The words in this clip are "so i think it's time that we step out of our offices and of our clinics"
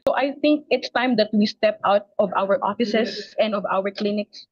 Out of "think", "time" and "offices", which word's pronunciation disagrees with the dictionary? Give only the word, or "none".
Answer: offices